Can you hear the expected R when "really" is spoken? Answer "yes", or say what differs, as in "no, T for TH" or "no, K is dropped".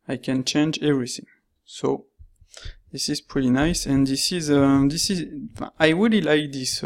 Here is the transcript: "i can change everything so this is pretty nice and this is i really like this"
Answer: no, W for R